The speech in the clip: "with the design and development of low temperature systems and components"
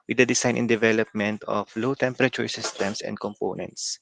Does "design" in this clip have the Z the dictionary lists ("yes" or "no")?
no